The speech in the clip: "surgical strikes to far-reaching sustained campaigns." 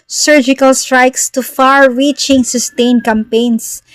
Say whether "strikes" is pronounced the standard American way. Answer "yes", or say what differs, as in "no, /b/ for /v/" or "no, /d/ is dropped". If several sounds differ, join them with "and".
yes